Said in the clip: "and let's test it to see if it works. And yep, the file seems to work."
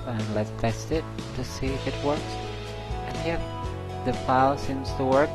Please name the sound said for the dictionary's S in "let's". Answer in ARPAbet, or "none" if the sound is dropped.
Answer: none